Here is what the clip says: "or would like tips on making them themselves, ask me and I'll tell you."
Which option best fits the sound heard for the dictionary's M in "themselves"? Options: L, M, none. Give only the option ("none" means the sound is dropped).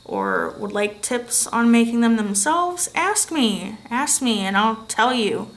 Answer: M